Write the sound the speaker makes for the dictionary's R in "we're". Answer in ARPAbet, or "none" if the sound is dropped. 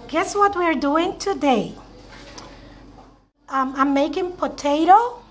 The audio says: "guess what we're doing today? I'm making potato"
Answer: R